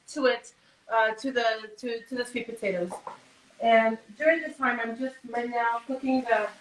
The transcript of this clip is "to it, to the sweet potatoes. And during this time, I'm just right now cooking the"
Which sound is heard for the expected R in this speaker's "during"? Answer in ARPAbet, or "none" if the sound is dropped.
R